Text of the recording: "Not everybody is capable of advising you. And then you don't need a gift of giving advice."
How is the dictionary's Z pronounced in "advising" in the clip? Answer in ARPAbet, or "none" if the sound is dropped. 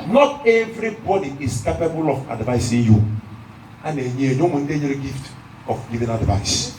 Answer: S